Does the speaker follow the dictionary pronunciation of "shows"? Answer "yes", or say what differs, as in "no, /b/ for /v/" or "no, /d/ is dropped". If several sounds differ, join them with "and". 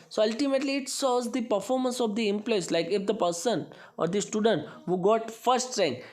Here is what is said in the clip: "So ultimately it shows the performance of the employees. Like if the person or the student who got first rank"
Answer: no, /s/ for /ʃ/